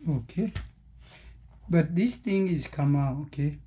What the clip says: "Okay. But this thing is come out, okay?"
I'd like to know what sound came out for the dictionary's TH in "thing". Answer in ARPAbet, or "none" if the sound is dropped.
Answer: T